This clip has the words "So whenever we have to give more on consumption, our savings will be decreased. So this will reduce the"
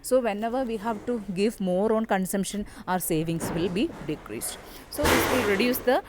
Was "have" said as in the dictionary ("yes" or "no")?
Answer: yes